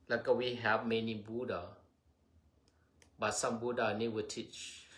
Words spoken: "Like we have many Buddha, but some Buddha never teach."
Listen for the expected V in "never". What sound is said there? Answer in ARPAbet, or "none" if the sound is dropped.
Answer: W